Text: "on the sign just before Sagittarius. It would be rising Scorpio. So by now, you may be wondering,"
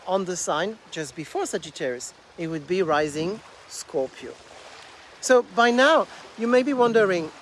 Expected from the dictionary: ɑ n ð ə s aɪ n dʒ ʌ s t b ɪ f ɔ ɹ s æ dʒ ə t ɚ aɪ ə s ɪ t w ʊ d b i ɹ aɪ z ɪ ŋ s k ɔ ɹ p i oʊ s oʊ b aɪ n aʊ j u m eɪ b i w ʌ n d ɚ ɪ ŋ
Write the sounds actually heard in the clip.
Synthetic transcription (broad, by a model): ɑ n ð ə s aɪ n dʒ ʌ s b ɪ f ɔ ɹ s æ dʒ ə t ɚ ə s ɪ t w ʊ d b i ɹ aɪ z ɪ ŋ s k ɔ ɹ p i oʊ s oʊ b aɪ n aʊ j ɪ m eɪ b i w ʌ n d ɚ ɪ ŋ